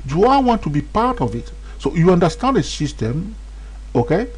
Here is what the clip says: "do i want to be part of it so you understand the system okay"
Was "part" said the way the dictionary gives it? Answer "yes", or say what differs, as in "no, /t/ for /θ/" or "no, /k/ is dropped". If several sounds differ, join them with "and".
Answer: yes